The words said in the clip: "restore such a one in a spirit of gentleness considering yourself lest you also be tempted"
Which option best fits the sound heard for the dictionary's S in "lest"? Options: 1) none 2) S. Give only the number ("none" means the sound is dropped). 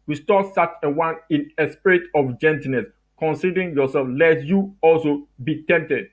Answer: 1